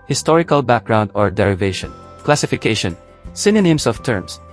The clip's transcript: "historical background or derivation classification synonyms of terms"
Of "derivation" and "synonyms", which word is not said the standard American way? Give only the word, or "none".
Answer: synonyms